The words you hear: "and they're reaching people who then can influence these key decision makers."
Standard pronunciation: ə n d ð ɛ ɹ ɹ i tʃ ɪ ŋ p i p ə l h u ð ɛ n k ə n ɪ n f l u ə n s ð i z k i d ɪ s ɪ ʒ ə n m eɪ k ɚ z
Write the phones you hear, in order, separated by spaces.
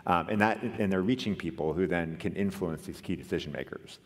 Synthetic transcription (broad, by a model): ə n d ð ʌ ɹ ɹ i tʃ ɪ ŋ p i p l h u ð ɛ n k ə n ɪ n f l u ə n s ð i z k i d ɪ s ɪ ʒ ə n m eɪ k ɚ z